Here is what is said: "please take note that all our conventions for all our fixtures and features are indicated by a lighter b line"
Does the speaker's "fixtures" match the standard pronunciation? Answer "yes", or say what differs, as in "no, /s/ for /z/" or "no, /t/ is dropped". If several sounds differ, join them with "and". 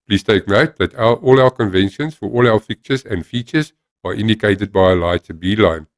no, /s/ is dropped